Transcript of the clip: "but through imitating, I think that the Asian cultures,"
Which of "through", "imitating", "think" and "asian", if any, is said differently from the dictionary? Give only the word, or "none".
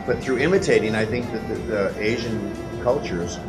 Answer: none